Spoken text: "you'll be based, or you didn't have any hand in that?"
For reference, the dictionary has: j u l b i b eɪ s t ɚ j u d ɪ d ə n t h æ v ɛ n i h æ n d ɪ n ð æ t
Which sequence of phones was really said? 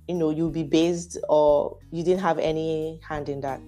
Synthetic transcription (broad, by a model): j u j b i b eɪ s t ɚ j u d ɪ d ə n t h æ v ɛ n i h æ n d ɪ n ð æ t